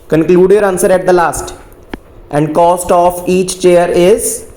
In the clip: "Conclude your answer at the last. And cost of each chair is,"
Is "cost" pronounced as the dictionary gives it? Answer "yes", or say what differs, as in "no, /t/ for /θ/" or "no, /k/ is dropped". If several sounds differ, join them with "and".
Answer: yes